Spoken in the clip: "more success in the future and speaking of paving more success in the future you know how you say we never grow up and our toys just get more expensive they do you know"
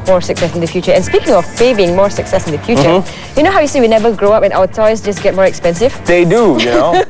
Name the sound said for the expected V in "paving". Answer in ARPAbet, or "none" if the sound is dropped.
B